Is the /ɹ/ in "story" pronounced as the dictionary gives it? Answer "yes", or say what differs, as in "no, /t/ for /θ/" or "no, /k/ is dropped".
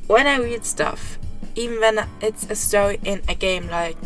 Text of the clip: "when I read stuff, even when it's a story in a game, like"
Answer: no, /ɹ/ is dropped